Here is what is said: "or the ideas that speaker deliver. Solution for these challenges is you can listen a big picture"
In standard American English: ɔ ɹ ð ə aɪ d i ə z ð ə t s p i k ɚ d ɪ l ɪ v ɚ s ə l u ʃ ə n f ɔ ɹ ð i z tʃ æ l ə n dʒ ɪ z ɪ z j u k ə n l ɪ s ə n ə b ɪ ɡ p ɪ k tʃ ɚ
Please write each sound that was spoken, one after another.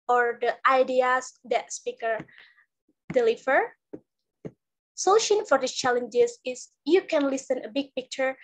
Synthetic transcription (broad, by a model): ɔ ɹ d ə aɪ d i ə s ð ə t s p i k ɚ d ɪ l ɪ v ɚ s ə l u ʃ ə n f ɔ ɹ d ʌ tʃ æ l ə n dʒ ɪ s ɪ s j u k ə n l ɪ s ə n ə b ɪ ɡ p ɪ k tʃ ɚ